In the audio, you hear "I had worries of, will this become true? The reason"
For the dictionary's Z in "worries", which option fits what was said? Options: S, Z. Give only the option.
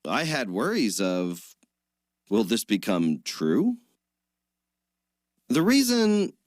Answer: Z